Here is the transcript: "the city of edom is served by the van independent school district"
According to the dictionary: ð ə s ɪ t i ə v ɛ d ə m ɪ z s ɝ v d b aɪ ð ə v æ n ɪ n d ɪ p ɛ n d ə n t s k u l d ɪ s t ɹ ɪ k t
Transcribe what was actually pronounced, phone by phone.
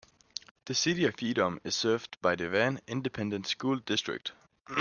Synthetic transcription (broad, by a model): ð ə s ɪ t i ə f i d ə m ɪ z s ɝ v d b aɪ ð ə v æ n ɪ n d ɪ p ɛ n d ə n t s k u l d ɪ s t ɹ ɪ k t